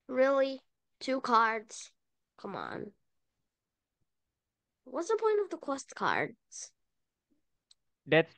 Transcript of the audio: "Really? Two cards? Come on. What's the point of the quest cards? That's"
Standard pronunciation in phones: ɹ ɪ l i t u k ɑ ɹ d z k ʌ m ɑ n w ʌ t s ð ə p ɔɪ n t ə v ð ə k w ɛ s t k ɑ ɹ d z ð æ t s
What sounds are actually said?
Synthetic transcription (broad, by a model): ɹ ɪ l i t u k ɑ ɹ d z k ʌ m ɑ n w ʌ t s ð ə p ɔɪ n t ə v ð ə k w ɛ s t k ɑ ɹ d z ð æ t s